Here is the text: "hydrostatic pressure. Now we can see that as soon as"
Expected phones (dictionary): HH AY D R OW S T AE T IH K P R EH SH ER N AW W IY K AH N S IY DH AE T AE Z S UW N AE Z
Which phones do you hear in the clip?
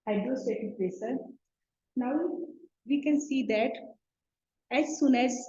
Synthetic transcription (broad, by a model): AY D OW S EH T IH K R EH S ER N AW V IY K AH N S IY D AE T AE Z S UW N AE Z